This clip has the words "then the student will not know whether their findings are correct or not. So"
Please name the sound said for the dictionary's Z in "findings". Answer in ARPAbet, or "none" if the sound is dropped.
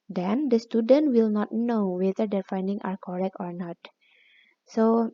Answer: none